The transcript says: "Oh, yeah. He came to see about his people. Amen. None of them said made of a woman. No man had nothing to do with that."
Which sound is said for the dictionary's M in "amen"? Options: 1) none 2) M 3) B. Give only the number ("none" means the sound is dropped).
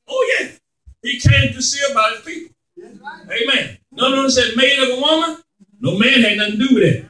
2